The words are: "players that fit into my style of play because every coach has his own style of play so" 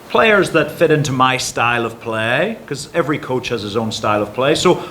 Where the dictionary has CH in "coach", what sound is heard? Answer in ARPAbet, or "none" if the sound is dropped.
CH